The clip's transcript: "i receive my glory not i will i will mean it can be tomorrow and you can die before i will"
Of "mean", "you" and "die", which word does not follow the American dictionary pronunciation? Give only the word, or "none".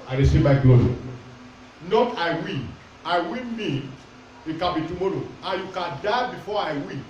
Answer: mean